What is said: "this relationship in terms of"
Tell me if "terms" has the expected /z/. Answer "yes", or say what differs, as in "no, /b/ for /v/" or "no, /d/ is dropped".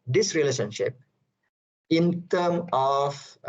no, /z/ is dropped